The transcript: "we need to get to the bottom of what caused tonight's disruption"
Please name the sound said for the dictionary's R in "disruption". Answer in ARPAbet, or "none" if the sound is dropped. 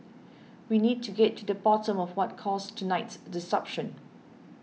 none